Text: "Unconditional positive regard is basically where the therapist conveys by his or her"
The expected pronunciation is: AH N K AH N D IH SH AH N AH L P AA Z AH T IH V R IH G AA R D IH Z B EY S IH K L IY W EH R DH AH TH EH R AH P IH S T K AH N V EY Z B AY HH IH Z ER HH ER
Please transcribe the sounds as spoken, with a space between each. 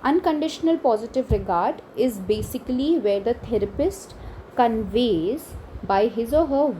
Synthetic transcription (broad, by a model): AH N K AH N D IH SH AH N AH L P AA Z AH T IH V R IH G AA R D IH Z B EY S IH K L IY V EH R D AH T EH R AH P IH S T K AH N V EY Z B AY HH IH Z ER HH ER